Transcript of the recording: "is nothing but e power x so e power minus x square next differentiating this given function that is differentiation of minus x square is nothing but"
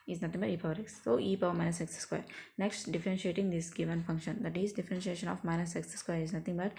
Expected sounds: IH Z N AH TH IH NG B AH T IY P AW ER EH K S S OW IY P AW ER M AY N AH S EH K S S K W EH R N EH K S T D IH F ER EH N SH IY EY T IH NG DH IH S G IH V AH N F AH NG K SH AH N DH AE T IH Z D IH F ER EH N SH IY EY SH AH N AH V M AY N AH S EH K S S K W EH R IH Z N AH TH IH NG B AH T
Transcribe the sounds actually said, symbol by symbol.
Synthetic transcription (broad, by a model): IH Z N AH T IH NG B AH T IY P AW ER EH K S S OW IY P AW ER M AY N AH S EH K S S K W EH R N EH K S T D IH F ER EH N SH IY EY T IH NG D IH S G IH V AH N F AH NG K SH AH N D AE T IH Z D IH F ER EH N SH IY EY SH AH N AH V M AY N AH S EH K S S K W EH R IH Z N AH T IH NG B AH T